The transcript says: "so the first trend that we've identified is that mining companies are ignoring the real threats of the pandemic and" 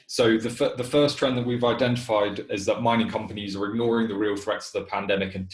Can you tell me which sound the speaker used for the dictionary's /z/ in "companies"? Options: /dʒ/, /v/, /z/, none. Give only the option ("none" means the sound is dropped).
/z/